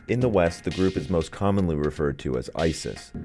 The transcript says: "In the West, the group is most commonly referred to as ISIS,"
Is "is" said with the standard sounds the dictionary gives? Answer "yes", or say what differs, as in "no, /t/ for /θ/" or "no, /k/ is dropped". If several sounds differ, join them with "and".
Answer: yes